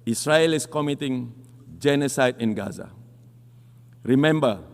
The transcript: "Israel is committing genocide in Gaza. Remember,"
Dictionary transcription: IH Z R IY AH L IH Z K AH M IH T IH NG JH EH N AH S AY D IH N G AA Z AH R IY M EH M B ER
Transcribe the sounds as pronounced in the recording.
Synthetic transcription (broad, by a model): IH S R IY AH L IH S K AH M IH T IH NG JH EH N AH S AY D IH N G AA Z AH R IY M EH M B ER